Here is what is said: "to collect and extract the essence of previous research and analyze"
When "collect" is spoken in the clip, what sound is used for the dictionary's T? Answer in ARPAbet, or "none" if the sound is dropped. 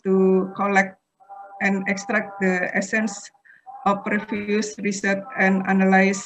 T